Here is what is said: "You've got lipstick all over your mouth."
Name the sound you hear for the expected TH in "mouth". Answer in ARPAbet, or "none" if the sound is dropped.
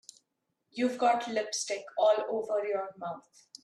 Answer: T